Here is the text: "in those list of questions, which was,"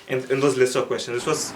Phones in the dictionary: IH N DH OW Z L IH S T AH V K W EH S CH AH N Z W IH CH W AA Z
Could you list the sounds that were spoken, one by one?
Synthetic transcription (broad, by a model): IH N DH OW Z L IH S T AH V K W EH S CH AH N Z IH S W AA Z